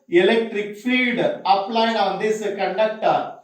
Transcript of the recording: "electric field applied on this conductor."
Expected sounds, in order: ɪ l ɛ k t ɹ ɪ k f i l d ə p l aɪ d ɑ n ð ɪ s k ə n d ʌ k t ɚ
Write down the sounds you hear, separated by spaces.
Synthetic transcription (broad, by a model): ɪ l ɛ k t ɹ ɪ k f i d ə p l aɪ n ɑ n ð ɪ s k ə n d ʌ k t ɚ